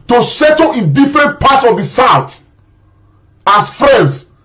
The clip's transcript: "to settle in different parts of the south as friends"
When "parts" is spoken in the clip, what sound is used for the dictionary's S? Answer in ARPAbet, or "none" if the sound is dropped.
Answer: none